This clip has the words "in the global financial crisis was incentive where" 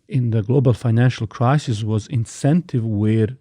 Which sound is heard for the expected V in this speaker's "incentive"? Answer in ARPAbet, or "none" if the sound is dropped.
V